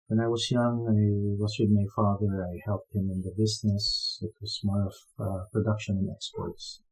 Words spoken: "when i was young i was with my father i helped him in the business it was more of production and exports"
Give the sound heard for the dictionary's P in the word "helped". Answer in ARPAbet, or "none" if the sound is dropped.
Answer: P